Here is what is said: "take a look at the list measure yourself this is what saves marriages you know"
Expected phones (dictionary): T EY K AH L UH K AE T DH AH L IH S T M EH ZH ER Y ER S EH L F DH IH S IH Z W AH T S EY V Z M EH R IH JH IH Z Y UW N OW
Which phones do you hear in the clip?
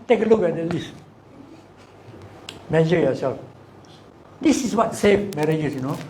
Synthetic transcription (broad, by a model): T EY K AH L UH K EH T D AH L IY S T M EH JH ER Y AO S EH L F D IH S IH S W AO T S EY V M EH R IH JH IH S Y UW N OW